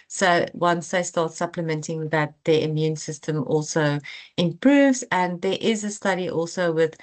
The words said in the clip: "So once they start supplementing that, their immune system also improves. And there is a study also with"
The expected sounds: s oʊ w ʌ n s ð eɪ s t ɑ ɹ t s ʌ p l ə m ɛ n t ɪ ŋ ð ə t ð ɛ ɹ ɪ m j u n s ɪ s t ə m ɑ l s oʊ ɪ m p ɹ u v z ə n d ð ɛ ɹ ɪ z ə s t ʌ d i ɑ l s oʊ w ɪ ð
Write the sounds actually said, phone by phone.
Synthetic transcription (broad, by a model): s oʊ w ʌ n s ð eɪ s t ɑ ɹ t s ʌ p l ə m ɛ n t ɪ ŋ ð ə t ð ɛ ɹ ɪ m j u n s ɪ s t ə m ɑ l s oʊ ɪ m p ɹ u v z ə n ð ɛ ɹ ɪ z ə s t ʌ d i ɑ l s oʊ w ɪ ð